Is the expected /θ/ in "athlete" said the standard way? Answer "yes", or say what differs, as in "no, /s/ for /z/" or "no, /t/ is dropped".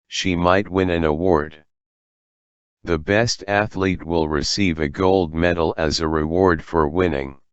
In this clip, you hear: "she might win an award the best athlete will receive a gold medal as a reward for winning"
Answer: yes